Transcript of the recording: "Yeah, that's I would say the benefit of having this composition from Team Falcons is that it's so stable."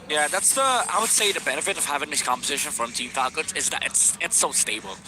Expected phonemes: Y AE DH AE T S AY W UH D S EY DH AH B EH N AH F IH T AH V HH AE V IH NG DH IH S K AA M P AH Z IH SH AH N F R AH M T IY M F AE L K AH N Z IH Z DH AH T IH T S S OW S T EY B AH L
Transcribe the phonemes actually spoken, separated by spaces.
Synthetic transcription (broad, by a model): Y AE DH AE T S AY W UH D S EY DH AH B EH N AH F IH T AH V HH AE V IH NG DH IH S K AA M P AH Z IH SH AH N F R AH M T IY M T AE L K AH Z IH Z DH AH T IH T S S OW S T EY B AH L